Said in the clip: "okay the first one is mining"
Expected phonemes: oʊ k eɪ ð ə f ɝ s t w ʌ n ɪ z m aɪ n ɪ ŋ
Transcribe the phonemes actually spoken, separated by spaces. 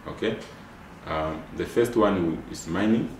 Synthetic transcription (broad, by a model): oʊ k eɪ ð ə f ɝ s t w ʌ n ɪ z m aɪ n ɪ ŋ